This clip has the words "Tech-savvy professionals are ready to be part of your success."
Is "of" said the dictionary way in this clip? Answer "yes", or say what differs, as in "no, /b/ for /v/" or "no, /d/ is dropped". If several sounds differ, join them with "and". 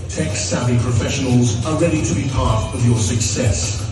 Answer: yes